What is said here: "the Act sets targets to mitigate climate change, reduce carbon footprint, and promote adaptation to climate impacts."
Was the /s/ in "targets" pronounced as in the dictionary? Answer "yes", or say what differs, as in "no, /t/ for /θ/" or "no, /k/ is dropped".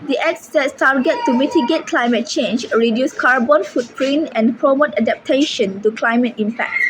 no, /s/ is dropped